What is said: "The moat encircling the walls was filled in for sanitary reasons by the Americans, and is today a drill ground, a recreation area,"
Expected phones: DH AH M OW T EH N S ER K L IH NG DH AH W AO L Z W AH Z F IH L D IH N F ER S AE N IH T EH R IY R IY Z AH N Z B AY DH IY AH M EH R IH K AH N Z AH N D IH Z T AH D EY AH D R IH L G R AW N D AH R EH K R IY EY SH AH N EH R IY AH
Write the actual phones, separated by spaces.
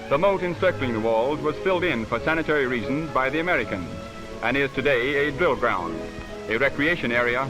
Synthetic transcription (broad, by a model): DH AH M OW T EH N S ER K L IH NG DH AH W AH L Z W AH Z F IH L D IH N F ER S AE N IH T EH R IY R IY Z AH N Z B AY DH IY AH M EH R IH K AH N Z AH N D IH Z T AH D EY AH D R IH L G R AW N D AH R EH K R IY EY SH AH N EH R IY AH